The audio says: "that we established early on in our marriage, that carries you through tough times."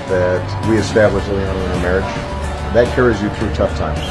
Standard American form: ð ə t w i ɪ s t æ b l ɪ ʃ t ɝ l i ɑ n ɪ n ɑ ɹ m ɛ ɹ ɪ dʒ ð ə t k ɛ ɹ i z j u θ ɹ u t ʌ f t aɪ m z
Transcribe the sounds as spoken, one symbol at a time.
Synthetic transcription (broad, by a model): ð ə t w i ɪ s t æ b l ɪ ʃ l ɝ n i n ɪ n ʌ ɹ m ɛ ɹ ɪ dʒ ð ə t k ɛ ɹ i z j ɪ θ ɹ u t ʌ f t aɪ m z